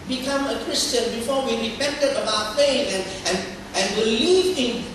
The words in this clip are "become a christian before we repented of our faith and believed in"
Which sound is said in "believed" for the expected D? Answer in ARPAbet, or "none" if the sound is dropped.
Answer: none